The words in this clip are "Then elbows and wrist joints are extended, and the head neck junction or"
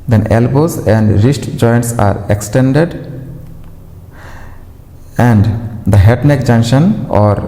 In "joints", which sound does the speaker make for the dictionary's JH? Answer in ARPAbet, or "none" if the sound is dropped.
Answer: JH